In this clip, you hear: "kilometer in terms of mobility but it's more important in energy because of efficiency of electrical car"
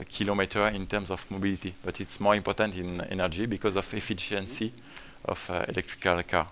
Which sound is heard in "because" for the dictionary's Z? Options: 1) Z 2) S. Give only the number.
1